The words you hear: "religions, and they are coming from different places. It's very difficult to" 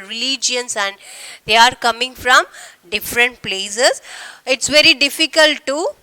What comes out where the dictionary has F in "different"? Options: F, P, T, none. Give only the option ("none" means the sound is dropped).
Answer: F